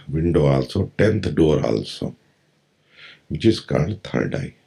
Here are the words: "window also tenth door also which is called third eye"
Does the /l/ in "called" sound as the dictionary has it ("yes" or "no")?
no